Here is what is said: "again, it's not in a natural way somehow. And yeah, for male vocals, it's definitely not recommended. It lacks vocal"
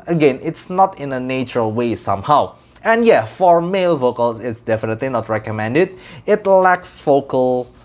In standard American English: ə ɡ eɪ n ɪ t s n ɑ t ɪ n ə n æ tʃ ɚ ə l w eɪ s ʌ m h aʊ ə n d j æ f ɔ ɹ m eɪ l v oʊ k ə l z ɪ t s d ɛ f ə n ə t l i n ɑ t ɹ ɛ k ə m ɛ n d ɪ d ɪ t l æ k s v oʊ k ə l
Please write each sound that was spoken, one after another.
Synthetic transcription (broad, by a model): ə ɡ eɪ n ɪ t s n ɑ t ɪ n ə n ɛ tʃ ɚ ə l w eɪ s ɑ m h aʊ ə n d j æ f ɔ ɹ m eɪ l v oʊ k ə l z ɪ t s d ɛ f ə n ə t l i n ɑ t ɹ ɛ k ə m ɛ n d ɪ d ɪ t l æ k s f oʊ k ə l